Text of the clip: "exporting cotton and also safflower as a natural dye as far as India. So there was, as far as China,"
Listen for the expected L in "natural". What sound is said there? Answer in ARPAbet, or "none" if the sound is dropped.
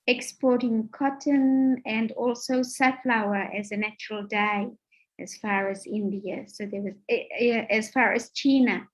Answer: L